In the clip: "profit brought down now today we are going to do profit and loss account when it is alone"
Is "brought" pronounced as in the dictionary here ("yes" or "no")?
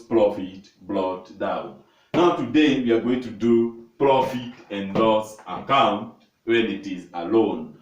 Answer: no